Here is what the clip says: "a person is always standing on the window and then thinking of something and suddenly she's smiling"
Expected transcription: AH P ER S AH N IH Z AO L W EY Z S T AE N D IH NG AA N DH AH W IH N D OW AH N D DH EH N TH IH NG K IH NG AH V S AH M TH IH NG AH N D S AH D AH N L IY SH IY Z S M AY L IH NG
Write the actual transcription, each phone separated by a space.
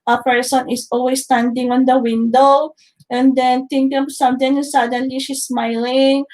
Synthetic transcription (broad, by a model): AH P ER S AH N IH S AO L W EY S T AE N D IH NG AA N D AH W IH N D OW AH N D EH N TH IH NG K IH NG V S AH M T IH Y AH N S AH D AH N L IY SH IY S M AY L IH NG